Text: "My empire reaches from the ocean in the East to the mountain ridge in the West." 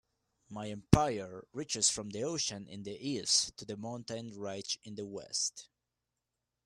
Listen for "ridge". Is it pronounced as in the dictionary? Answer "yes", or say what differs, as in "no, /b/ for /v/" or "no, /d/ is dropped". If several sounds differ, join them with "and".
no, /tʃ/ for /dʒ/